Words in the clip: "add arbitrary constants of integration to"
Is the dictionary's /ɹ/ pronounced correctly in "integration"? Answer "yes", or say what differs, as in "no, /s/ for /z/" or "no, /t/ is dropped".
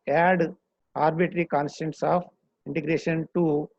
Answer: yes